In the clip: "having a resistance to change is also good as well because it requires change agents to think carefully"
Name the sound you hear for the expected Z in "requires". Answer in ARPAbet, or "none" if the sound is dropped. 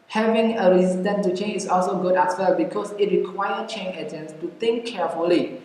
none